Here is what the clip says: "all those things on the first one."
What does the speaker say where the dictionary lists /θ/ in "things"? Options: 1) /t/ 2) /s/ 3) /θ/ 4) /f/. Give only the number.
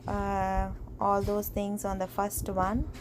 1